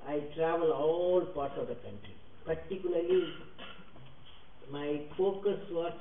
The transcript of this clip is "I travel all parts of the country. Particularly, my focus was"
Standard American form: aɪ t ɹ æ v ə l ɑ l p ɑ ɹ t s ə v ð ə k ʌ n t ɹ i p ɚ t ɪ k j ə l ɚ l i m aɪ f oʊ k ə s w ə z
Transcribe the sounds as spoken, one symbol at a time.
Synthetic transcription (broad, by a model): aɪ t ɹ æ v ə l ɑ l p ɑ ɹ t ə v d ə k ʌ n t ɹ i p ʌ t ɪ k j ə l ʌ l i m aɪ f oʊ k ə s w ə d